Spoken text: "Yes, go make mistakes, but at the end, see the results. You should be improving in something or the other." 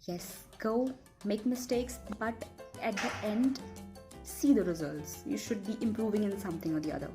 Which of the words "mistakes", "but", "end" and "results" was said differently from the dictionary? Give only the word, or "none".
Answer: none